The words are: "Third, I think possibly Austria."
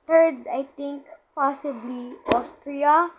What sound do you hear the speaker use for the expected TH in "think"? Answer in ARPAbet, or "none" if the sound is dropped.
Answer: T